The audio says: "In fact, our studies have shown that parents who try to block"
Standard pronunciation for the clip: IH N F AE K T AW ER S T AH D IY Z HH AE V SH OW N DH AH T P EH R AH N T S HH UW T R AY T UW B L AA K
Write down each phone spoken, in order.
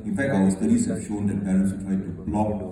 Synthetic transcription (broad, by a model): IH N F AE K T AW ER S T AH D IY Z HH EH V SH OW N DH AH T B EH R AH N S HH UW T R AY T UW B L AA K